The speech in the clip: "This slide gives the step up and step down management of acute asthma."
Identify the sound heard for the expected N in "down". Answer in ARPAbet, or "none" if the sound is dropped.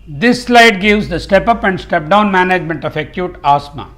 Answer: N